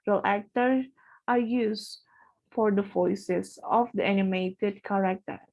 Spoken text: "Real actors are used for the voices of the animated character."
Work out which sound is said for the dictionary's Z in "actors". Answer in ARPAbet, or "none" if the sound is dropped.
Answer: none